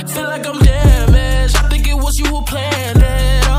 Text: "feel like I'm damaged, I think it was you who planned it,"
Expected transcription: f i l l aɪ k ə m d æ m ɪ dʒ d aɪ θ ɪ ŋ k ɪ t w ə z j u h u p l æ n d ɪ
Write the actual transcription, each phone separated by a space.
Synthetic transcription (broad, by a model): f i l l aɪ k ə m d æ m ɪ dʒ aɪ θ ɪ ŋ k ɪ t w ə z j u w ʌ p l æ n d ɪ